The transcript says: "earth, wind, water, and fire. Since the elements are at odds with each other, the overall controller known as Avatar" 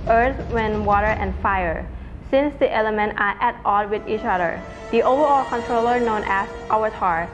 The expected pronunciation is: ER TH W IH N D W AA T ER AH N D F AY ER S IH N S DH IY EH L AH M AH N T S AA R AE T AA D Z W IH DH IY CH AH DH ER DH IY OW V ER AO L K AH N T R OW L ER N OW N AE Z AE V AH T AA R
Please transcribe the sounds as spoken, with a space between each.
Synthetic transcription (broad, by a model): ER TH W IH N W AA T ER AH N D F AY ER S IH N S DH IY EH L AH M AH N T AA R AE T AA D W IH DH IY CH AH DH ER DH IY OW V ER AO L K AH N T R OW L ER N OW N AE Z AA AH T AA R